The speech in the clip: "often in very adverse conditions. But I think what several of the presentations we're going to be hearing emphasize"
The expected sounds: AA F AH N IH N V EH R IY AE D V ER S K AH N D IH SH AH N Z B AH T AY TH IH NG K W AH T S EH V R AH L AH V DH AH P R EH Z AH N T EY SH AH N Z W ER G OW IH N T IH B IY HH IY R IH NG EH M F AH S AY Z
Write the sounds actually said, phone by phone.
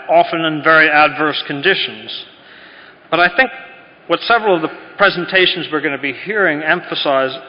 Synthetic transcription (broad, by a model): AA F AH N IH N V EH R IY AE D V ER S K AH N D IH SH AH N Z B AH T AY TH IH NG K W AH T S EH V R L AH V DH AH P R EH Z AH N T EY SH N Z W ER G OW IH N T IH B IY HH IY R IH NG EH M F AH S AY Z